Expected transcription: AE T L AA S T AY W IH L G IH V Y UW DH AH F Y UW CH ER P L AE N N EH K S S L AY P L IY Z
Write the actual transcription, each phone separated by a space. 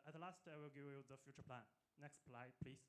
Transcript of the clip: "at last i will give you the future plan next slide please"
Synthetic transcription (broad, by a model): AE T L AA S T AY W IH L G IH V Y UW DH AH F Y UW CH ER P L AE N N EH K S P L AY P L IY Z